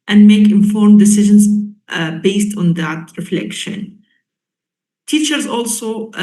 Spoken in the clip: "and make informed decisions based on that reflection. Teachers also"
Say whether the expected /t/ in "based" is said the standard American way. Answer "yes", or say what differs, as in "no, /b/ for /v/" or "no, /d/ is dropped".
yes